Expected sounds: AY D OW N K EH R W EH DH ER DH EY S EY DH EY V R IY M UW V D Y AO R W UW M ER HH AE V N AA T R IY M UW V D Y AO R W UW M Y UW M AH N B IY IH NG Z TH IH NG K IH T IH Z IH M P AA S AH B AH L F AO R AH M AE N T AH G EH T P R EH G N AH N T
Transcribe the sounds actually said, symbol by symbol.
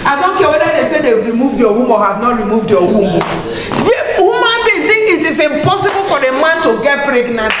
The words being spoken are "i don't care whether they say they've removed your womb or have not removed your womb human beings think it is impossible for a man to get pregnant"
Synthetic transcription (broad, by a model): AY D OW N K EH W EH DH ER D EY S EY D EY W R IY M UW V D Y AO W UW M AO HH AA V N AA T R IY M UW V D Y AO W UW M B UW M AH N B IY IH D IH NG IH T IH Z IH M P AA S AH B AH L F AO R AH M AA N T AH G EH T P R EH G N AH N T